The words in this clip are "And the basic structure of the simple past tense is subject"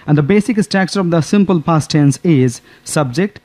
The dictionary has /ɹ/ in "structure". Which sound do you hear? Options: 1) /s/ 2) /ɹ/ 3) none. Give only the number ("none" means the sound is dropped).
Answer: 3